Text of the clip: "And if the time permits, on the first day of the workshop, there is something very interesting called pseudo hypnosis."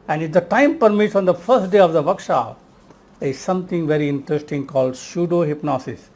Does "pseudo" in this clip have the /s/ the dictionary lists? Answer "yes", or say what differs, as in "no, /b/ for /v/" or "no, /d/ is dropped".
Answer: no, /ʃ/ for /s/